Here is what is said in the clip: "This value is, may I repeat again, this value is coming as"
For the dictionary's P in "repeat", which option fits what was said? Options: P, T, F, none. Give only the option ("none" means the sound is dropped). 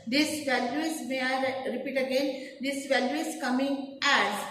P